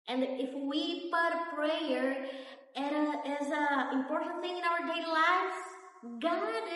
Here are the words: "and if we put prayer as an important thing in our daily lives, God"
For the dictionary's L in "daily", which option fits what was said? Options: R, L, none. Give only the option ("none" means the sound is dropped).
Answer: none